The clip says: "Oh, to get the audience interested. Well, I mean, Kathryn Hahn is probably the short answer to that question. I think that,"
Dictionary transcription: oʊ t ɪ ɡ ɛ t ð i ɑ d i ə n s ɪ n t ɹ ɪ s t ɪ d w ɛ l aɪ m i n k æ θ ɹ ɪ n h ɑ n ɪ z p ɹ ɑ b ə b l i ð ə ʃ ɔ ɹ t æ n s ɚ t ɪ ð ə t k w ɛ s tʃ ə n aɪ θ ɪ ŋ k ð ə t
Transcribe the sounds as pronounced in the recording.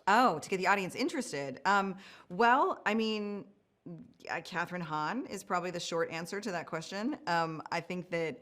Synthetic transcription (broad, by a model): oʊ t ɪ ɡ ɛ t ð i ɑ d i ə n s ɪ n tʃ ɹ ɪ s t ɪ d w ɛ l aɪ m i n k æ θ ɹ ɪ n h ɑ n ɪ z p ɹ ɑ b ə b l i ð ə ʃ ɔ ɹ t æ n s ɚ t ɪ ð ə t k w ɛ s tʃ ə n aɪ θ ɪ ŋ k ð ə t